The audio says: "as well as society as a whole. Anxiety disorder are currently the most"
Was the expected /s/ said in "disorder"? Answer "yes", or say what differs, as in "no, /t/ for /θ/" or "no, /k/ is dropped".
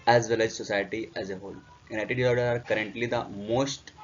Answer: no, /s/ is dropped